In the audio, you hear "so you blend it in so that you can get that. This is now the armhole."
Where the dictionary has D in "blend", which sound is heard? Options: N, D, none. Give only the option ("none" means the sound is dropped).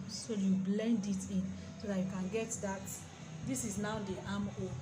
D